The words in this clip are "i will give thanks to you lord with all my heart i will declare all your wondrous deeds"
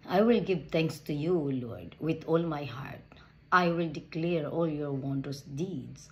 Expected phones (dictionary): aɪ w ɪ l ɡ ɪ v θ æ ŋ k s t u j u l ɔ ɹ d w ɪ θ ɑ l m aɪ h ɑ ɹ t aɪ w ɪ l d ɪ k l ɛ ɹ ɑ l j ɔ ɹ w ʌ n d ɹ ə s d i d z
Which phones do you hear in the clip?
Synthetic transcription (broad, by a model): aɪ w ɪ l ɡ ɪ v t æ ŋ k s t u j u l ɔ ɹ d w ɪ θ ɑ l m aɪ h ɑ ɹ t aɪ w ɪ l d ɪ k l ɛ ɹ ɑ l j ɔ ɹ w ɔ n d ə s d i d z